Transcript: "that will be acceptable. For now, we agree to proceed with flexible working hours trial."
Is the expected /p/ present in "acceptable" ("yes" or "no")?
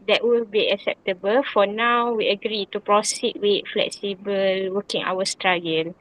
yes